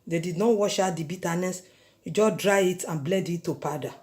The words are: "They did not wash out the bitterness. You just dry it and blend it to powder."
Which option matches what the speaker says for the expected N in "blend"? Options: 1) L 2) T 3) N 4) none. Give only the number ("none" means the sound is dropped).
4